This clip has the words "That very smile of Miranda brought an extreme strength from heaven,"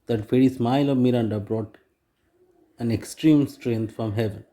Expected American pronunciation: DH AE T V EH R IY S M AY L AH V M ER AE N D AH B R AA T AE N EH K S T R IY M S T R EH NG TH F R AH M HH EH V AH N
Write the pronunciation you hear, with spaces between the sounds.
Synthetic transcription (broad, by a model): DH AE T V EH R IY S M AY L AH V M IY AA N D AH B R AA T AE N EH K S T R IY M S T R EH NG T F R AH M HH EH V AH N